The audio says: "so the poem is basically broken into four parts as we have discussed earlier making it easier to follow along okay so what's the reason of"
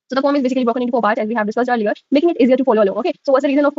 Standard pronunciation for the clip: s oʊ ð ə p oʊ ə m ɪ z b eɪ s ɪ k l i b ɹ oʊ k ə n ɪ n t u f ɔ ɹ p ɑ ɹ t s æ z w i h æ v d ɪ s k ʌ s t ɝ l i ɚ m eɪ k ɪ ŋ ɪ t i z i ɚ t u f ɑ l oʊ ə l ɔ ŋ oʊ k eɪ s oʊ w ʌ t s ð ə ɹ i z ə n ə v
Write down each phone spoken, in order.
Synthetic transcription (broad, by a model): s oʊ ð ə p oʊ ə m ɪ z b eɪ s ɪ k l i b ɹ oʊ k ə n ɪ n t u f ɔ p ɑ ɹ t æ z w i h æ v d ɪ s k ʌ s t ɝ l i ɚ m eɪ k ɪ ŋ ɪ t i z i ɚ t u f ɑ l oʊ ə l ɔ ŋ oʊ k eɪ s oʊ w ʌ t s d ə ɹ i z ə n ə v